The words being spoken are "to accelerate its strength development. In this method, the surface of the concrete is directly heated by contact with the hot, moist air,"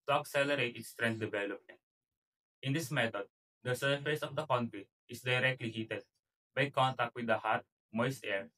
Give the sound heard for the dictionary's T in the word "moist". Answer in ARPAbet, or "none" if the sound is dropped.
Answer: none